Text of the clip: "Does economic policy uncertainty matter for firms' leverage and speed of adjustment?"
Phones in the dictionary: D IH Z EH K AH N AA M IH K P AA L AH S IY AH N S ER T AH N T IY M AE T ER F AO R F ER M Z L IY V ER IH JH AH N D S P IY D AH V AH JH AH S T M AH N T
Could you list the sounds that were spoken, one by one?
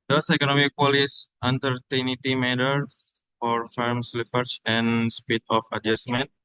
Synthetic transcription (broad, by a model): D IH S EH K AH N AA M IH K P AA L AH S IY N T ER T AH N T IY M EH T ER F AO R F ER M S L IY F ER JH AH N S P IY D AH F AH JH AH S M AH N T